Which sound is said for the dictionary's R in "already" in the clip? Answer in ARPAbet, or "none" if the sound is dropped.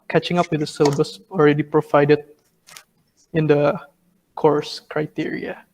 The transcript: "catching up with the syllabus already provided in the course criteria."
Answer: R